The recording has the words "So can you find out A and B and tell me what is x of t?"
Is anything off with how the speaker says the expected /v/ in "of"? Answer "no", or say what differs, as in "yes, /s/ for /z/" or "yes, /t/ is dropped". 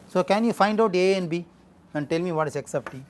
yes, /p/ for /v/